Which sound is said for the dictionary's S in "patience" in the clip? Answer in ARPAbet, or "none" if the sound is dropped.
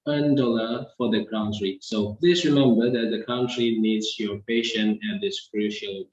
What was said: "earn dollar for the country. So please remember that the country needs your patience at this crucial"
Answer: none